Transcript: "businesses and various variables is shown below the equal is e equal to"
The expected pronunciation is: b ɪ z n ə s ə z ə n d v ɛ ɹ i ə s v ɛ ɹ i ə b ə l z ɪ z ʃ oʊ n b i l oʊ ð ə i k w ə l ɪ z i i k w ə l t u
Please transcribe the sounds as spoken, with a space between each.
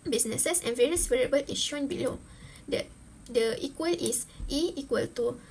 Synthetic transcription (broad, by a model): b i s n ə s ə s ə n v ɛ ɹ i ə s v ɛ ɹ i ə b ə l ɪ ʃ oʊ n b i l oʊ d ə i k w ə l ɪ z i i k w ə l t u